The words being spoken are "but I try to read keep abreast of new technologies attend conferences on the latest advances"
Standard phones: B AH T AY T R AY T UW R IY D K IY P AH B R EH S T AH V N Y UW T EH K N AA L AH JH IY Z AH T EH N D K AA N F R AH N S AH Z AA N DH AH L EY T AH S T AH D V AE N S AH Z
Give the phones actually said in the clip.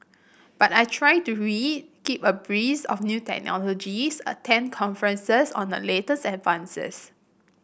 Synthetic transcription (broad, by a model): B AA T AY T R AY T UW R IY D K IY P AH B R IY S AH F N Y UW T EH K N AA L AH JH IY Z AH T EH N K AA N F R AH N S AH S AA N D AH L EY T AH S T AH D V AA N S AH S